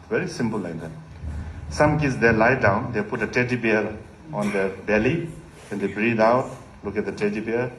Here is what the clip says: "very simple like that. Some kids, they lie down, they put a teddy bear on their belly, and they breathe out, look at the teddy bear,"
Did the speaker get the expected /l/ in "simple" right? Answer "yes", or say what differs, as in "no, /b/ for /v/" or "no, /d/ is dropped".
yes